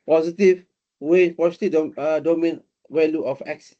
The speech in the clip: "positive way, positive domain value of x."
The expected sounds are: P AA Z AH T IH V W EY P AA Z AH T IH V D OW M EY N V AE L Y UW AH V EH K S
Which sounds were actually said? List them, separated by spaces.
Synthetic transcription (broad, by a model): P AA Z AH T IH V W EY P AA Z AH T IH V D OW M EY N W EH L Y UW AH F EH K S